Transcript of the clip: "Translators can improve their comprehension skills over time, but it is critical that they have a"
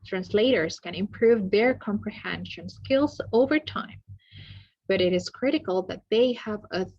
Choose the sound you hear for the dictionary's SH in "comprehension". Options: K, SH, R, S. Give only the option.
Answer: SH